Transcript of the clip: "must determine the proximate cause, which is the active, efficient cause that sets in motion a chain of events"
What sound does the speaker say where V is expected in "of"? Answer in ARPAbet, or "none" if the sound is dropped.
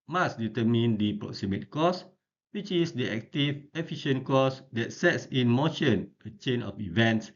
F